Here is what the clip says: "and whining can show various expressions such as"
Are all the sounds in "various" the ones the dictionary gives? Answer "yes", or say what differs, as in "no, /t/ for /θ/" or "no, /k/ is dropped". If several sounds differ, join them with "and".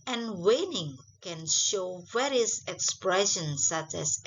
no, /w/ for /v/